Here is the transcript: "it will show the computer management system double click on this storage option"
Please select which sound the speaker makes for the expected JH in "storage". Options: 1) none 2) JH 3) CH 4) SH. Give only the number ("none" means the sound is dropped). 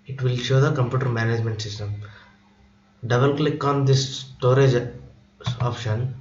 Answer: 2